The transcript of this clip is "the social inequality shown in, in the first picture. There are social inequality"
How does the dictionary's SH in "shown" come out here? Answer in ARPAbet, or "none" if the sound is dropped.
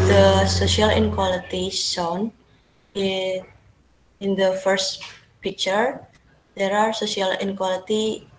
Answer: S